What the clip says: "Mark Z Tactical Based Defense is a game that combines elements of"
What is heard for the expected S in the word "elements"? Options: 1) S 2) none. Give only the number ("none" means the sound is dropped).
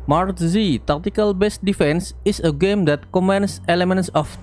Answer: 1